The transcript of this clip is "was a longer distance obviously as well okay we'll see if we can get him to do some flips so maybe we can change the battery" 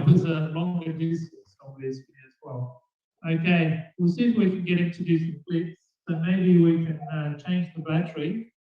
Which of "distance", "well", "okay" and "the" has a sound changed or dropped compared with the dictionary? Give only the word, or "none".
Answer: distance